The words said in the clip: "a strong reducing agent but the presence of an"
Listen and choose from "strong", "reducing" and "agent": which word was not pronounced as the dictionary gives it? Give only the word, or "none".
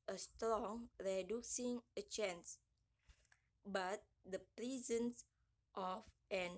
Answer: agent